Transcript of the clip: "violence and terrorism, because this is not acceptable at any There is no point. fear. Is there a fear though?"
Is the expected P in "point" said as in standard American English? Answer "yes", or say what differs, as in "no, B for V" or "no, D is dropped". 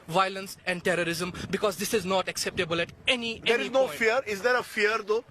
no, F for P